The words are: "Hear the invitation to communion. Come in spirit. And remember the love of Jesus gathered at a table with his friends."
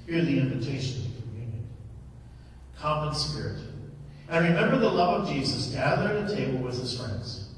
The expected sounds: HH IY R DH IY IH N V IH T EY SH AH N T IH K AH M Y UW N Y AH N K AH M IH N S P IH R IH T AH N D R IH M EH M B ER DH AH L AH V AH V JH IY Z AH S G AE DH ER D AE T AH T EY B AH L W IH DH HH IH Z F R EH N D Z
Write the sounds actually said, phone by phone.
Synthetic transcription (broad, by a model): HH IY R DH IY IH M V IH T EY SH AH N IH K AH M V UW N Y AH N K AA M IH N S P IH R IH T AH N R IH M EH M B ER DH AH L AH V AH V JH IY Z AH S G AE DH ER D AH T EY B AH L W IH DH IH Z F R EH N D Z